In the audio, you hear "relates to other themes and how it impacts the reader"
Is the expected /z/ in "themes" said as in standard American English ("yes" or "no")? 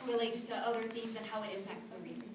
yes